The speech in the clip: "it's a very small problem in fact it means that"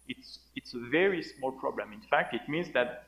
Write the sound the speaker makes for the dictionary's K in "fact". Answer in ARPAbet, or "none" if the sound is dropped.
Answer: K